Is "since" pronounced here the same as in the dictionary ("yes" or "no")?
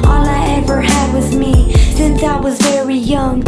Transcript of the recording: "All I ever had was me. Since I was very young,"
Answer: yes